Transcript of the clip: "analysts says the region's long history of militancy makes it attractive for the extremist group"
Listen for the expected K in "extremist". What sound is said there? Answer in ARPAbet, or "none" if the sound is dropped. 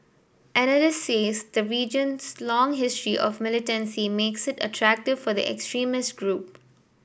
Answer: K